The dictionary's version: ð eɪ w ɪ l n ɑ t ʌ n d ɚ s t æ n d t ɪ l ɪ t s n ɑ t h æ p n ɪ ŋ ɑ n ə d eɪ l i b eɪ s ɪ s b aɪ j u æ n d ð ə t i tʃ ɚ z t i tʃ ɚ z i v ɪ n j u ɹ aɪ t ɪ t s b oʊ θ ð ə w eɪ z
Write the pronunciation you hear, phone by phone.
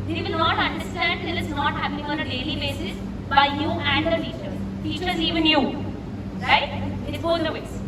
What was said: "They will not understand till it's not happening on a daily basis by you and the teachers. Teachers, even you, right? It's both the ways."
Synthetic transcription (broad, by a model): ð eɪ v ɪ l n ɑ t ʌ n d ɚ s t æ n d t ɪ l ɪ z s n ɑ t h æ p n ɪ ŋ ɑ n ə d eɪ l i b eɪ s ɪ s b aɪ j u æ n d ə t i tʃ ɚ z t i tʃ ɚ z i v ɪ n j u ɹ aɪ ɪ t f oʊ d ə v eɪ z